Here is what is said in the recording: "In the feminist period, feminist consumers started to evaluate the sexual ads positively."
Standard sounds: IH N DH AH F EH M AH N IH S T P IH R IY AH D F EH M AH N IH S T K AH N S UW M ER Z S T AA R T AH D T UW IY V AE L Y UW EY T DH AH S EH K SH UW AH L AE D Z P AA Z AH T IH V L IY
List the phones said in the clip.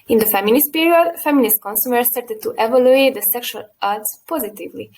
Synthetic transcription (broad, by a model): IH N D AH F EH M AH N IH S T P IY R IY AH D F EH M AH N IH S T K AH N S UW M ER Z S T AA R T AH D T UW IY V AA L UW EY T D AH S EH K SH UW AH L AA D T P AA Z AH T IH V L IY